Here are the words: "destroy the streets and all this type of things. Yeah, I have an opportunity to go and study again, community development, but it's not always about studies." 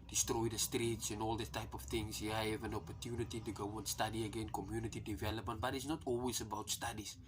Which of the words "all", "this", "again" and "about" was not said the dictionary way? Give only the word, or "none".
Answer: this